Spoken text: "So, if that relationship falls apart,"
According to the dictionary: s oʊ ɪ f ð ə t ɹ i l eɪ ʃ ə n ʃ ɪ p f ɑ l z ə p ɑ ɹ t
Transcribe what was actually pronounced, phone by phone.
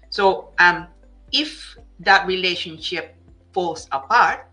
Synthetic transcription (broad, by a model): s oʊ ɪ f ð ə t ɹ i l eɪ ʃ ə n ʃ ɪ p f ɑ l s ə p ɑ ɹ t